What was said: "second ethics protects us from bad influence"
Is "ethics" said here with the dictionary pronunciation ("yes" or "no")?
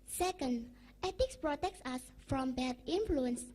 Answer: no